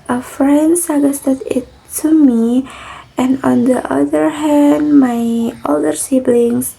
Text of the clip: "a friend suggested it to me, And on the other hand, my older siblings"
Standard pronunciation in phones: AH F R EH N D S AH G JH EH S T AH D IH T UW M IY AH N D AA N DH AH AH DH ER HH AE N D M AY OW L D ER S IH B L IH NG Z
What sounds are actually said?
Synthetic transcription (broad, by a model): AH F R EH N D S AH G EH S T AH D IH T UW M IY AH N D AA N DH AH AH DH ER HH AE N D M AY OW L D ER S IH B L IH NG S